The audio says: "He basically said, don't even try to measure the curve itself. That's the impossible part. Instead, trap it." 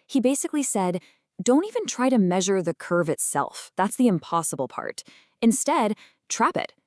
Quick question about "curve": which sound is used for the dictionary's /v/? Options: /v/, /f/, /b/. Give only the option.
/v/